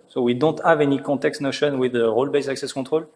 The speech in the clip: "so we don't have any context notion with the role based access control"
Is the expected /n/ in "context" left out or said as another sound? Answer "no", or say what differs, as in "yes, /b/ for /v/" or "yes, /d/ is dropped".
yes, /n/ is dropped